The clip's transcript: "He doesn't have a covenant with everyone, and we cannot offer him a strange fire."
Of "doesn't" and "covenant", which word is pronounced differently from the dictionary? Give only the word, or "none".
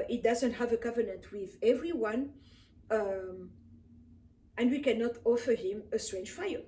none